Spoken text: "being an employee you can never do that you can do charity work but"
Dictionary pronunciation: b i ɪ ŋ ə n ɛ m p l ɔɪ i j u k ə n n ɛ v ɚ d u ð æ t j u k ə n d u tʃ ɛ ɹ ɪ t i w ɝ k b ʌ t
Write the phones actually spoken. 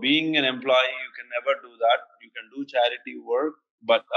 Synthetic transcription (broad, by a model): b i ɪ ŋ ə n ɛ m p l ɔɪ i j u k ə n n ɛ v ɚ d u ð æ t j u k ə n d u tʃ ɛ ɹ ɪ t i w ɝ k b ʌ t